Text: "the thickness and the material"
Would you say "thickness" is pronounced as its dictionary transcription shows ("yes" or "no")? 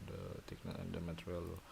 no